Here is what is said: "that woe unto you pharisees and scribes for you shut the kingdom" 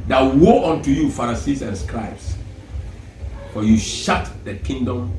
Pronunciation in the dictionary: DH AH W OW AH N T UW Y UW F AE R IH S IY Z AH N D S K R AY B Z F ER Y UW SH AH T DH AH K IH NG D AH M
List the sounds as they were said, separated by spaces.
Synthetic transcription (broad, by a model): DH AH W OW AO N T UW Y UW F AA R S IY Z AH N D S K R AY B S F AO Y UW SH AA T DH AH K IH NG D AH M